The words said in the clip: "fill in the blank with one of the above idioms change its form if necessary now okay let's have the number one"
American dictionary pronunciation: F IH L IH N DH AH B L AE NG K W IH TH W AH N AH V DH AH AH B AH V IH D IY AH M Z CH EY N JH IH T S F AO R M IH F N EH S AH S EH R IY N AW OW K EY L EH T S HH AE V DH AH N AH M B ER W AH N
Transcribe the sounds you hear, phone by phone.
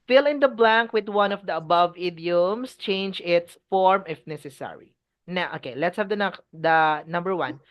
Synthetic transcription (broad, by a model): F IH L IH N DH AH B L AE NG K W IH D W AH N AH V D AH AH B AH V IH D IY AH M S CH EY N JH IH T S F AO R M IH F N EH S AH S EH R IY N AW OW K EY L EH T S HH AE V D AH N AH M B ER W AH N